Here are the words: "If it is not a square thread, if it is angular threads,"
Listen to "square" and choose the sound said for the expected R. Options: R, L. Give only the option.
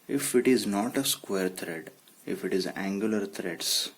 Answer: R